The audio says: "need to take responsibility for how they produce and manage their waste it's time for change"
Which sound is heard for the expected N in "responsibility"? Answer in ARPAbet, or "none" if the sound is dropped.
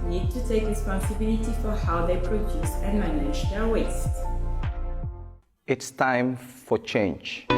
N